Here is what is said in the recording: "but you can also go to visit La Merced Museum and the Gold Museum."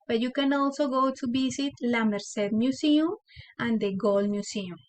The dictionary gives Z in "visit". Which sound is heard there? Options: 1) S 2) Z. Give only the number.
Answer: 1